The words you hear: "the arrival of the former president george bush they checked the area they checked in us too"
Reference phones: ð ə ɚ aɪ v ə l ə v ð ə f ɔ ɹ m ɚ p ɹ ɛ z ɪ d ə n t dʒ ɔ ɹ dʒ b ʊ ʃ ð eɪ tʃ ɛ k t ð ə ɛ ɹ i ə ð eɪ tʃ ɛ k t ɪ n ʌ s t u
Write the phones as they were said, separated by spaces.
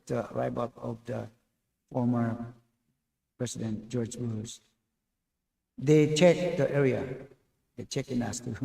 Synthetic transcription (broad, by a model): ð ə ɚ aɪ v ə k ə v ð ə f ɔ ɹ m ɚ p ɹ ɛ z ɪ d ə n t dʒ ɔ ɹ dʒ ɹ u s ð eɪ tʃ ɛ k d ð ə ɛ ɹ i ə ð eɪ tʃ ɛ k ɪ n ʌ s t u